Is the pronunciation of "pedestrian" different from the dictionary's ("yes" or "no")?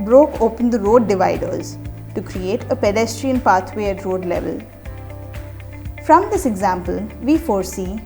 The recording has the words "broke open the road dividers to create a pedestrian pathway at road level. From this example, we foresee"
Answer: no